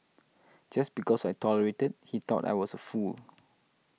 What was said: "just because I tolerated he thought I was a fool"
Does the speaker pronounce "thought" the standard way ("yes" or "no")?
no